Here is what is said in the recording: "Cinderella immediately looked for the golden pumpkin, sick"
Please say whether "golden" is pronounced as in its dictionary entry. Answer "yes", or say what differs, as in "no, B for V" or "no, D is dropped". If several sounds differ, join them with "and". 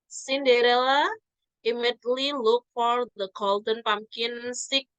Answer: yes